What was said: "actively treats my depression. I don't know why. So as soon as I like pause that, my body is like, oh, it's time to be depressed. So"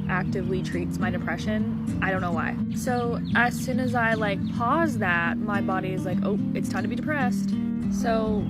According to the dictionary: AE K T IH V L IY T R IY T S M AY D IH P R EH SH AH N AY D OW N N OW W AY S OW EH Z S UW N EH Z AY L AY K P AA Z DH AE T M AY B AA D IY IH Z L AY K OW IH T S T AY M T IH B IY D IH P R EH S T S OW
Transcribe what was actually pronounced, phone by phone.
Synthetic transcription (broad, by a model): AE K T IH V L IY T R IY T S M AY D IH P R EH SH AH N AY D OW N N OW W AY S OW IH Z S UW N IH Z AY L AY K P AA Z DH AE T M AY B AA D IY IH Z L AY K OW IH T S T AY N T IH B IY D IH P R EH S T S OW